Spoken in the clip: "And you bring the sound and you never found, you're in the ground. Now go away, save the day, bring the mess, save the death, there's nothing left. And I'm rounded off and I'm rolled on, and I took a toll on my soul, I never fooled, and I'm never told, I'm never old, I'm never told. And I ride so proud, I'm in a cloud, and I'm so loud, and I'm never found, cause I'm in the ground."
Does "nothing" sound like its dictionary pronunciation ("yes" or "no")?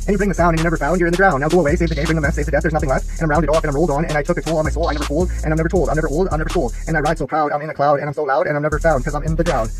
yes